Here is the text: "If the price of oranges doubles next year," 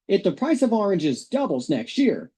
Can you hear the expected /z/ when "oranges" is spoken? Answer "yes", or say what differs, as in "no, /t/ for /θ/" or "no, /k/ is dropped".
yes